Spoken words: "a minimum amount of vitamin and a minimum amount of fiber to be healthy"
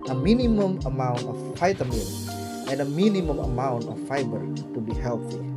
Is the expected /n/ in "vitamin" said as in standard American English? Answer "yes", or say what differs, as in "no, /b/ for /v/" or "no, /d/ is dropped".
no, /l/ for /n/